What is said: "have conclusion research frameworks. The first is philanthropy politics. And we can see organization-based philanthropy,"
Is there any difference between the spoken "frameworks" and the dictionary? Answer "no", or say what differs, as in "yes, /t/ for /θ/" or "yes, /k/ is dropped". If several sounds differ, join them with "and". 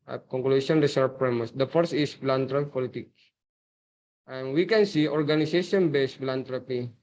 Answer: yes, /k/ is dropped